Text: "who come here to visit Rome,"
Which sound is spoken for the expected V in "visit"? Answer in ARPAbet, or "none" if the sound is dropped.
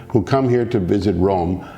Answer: V